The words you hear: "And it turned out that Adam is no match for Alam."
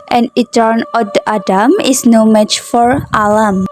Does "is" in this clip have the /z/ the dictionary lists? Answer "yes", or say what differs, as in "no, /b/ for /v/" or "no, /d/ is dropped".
no, /s/ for /z/